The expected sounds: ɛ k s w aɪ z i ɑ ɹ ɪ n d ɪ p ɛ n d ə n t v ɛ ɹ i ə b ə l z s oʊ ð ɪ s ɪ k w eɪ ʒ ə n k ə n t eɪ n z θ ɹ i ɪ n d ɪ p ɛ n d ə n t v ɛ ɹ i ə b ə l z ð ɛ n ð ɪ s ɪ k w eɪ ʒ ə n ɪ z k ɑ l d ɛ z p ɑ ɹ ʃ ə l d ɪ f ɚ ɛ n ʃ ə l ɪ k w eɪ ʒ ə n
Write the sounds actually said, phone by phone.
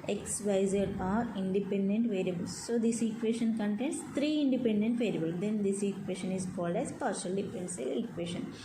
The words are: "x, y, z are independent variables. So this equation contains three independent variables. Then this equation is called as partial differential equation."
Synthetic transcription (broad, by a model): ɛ k s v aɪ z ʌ ɑ ɹ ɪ n d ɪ p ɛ n d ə n t v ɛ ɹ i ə b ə l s s oʊ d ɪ s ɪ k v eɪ ʃ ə n k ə n t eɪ n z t ɹ i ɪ n d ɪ p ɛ n d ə n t v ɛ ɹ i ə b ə l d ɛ n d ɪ s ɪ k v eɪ ʃ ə n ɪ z k ɑ l d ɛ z p ɑ ɹ ʃ ə l d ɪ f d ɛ n s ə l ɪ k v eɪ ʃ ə n